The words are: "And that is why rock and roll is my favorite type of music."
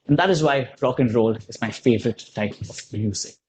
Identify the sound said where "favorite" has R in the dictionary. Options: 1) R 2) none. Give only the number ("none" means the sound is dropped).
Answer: 1